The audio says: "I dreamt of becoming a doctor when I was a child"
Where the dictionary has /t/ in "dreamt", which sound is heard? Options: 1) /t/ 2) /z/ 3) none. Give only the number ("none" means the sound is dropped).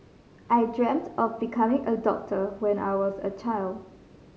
1